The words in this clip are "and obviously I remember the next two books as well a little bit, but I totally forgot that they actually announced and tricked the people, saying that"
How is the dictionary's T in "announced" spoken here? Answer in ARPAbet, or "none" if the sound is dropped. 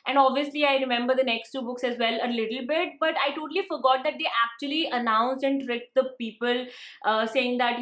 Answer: none